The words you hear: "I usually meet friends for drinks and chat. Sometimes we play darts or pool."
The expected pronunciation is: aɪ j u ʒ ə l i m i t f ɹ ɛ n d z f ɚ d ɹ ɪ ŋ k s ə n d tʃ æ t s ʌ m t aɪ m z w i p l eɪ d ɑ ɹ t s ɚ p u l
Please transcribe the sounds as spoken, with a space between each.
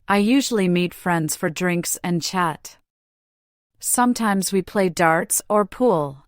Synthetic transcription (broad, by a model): aɪ j u ʒ l i m i t f ɹ ɛ n d z f ɚ d ɹ ɪ ŋ k s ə n tʃ æ t s ʌ m t aɪ m z w i p l eɪ d ɑ ɹ t s ɚ p u l